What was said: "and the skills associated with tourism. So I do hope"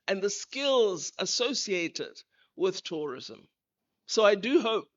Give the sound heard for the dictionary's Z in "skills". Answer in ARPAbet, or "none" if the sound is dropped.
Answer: Z